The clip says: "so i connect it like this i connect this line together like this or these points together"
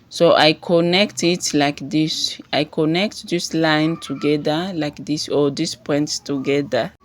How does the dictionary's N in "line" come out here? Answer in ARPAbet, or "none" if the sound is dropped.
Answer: N